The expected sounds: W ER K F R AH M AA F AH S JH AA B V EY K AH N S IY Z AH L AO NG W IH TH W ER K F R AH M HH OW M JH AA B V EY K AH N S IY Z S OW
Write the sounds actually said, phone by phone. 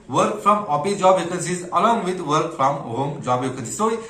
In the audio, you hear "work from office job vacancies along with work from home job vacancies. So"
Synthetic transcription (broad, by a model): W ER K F R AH M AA P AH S JH AA B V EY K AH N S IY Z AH L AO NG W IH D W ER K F R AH M HH OW M JH AA B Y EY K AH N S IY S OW